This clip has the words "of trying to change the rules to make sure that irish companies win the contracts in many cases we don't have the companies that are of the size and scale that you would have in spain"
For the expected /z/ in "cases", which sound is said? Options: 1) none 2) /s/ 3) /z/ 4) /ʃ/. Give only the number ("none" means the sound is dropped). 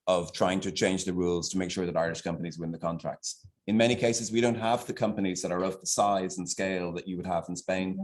3